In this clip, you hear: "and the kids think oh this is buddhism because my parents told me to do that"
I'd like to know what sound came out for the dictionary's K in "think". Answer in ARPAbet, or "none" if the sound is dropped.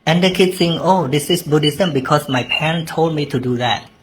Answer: none